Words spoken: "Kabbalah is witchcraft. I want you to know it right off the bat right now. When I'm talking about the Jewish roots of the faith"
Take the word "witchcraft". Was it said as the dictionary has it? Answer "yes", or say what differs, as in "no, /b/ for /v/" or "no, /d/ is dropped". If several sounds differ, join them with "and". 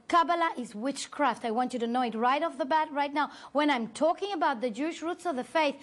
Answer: yes